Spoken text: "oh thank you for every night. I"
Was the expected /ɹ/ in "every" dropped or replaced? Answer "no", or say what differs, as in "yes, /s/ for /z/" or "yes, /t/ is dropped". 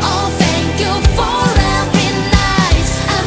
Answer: yes, /ɹ/ is dropped